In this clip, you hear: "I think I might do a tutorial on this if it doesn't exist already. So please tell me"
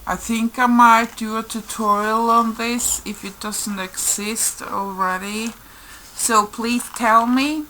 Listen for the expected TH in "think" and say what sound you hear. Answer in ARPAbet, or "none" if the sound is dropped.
TH